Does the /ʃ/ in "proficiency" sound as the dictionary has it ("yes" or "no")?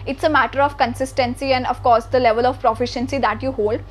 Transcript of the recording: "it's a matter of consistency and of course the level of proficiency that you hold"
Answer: yes